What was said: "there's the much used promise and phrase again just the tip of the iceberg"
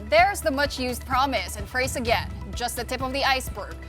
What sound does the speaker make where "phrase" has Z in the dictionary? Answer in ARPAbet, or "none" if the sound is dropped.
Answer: S